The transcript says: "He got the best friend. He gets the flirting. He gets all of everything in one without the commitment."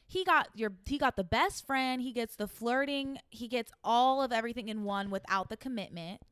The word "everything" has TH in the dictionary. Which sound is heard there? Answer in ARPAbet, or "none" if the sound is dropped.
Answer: TH